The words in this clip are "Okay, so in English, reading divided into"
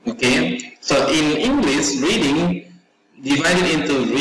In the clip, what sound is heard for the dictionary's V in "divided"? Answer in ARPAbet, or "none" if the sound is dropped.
V